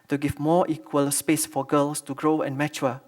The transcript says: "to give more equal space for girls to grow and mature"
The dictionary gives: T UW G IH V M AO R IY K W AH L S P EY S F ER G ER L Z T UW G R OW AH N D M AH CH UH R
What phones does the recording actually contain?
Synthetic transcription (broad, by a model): T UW G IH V M AO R IY K W AH L S P EY S F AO G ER L S T UW G R OW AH N M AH CH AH